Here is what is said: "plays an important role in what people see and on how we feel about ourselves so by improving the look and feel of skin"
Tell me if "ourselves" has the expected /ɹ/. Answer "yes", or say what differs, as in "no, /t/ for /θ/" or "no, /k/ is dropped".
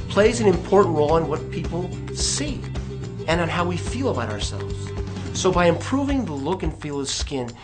yes